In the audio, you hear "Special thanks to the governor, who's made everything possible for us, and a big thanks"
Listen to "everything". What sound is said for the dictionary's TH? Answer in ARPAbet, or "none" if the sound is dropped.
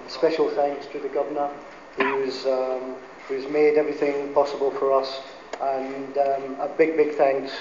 TH